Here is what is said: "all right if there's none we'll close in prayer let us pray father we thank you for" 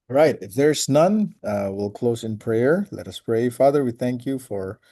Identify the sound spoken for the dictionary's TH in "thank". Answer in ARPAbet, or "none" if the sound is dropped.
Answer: TH